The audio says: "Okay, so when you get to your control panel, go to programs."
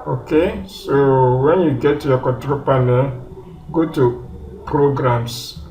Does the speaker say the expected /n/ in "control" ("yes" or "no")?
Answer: no